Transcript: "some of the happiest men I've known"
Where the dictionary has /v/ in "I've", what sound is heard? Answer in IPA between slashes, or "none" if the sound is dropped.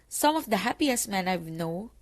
/w/